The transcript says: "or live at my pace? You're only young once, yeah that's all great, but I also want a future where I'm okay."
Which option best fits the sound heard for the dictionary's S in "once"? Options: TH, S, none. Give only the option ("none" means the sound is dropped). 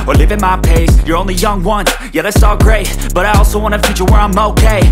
none